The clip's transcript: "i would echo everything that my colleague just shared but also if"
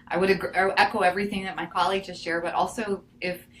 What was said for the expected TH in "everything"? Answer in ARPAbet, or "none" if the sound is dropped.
TH